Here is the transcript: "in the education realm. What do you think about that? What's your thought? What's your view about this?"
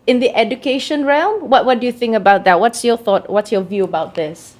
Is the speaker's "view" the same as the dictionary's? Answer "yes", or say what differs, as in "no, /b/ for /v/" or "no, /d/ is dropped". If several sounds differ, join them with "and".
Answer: yes